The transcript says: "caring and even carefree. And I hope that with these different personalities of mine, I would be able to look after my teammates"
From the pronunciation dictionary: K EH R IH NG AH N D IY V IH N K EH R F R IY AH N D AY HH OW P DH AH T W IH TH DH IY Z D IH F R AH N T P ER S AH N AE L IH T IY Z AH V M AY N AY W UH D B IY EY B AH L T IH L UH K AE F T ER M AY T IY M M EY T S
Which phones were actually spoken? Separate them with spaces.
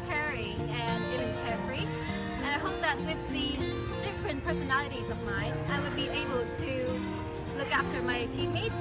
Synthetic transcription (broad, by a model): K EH R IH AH N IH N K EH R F R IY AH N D AY HH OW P DH AH T W IH DH IY Z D IH F R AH N P ER S AH N AE L IH T IY Z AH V M AY N AY W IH D B IY EY B AH L T IH L UH K AE F T ER M AY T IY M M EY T